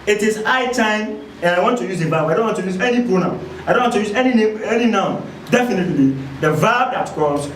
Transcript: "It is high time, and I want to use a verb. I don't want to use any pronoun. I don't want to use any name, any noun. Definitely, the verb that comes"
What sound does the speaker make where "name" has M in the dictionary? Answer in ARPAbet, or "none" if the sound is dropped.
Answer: none